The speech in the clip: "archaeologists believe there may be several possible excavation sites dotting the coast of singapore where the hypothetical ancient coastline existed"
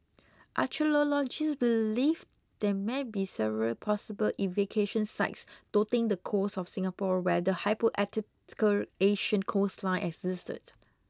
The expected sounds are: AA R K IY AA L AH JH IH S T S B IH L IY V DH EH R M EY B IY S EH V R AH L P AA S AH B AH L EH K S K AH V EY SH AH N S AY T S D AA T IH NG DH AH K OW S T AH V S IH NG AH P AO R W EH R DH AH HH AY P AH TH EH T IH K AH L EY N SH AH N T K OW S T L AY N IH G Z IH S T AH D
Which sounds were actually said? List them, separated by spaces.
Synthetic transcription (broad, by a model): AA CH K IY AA L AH JH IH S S B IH L IY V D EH M EY B IY S EH V R AH L P AA S AH B AH L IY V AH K EY SH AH N S AY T S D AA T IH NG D AH K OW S AH F S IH NG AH P AO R W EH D AH HH AY P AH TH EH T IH K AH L EY SH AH N K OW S L AY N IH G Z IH S T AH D